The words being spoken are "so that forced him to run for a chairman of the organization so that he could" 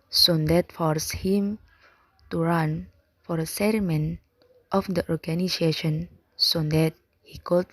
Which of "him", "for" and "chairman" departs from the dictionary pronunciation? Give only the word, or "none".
chairman